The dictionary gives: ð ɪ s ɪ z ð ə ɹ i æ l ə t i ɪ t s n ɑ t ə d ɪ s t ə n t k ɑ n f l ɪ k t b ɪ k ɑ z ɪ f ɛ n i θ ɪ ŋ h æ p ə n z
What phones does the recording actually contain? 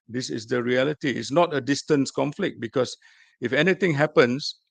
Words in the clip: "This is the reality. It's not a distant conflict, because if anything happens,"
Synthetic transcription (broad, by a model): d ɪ s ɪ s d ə ɹ i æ l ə t i ɪ t s n ɑ t ə d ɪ s t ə n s k ɑ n f l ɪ k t b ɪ k ɑ s ɪ f ɛ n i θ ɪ ŋ h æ p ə n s